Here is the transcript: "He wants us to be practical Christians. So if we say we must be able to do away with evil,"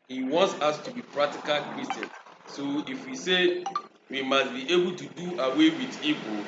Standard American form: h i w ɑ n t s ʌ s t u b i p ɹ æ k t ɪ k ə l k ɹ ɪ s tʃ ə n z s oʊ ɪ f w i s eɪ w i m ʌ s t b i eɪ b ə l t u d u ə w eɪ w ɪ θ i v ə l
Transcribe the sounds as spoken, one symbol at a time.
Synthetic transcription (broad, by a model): h i w ɑ n t s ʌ s t u b i p ɹ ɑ k t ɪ k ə l k ɹ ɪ s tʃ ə n s oʊ ɪ f w i s eɪ w i m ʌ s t b i eɪ b ə l t u d u ə w eɪ w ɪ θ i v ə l